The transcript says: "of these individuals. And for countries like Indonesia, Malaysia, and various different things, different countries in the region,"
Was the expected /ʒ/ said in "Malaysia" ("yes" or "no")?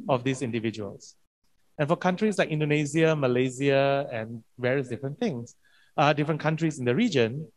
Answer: no